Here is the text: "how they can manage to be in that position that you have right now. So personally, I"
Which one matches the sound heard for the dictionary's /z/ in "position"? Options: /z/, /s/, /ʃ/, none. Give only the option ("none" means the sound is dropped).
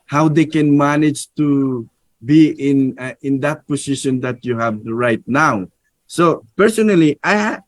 /s/